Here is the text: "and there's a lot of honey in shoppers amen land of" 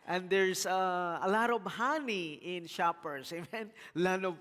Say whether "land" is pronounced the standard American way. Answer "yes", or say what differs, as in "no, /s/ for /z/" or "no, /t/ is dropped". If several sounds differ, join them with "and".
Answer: no, /d/ is dropped